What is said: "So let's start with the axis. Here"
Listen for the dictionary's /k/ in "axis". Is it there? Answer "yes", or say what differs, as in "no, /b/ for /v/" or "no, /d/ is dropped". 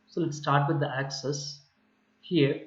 yes